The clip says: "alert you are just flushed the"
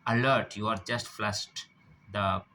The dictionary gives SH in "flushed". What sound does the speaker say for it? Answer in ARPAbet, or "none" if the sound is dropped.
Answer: S